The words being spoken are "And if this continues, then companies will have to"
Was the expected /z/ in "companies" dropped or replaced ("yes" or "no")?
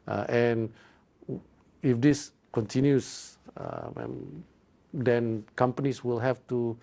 yes